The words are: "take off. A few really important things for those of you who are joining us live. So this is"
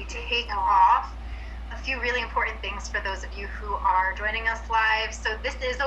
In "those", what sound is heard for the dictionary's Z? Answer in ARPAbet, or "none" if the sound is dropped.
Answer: Z